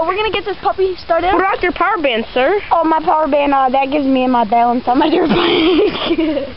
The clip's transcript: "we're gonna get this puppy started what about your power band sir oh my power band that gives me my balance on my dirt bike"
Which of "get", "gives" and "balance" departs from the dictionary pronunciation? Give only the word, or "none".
none